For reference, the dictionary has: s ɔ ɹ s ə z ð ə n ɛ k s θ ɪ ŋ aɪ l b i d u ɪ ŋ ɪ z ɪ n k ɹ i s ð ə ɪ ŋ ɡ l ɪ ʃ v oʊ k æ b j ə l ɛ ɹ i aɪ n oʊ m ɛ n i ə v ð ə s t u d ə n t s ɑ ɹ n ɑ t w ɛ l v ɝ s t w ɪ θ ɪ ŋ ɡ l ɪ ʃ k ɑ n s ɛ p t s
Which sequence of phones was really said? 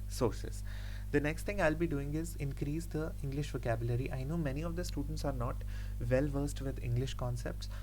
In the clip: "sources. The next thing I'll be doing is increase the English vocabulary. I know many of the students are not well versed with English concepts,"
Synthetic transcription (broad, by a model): s ɔ ɹ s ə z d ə n ɛ k s t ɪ ŋ aɪ l b i d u ɪ ŋ ɪ z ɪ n k ɹ i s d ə ɪ ŋ ɡ l ɪ ʃ v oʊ k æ b j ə l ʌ ɹ i aɪ n oʊ m ɛ n i ə v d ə s t u d ə n t s ɑ ɹ n ɑ t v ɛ l v ɝ s t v ɪ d ɪ ŋ ɡ l ɪ ʃ k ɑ n s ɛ p t s